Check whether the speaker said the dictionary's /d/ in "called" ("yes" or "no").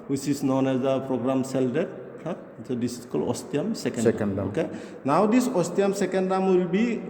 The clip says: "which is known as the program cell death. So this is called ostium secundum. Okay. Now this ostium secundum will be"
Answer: no